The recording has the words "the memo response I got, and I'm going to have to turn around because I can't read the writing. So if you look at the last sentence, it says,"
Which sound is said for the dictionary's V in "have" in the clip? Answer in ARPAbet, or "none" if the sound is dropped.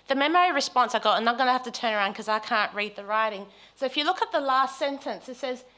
F